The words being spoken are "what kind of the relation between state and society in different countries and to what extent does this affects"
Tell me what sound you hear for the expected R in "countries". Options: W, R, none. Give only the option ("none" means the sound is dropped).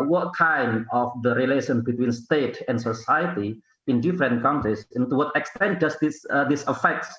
none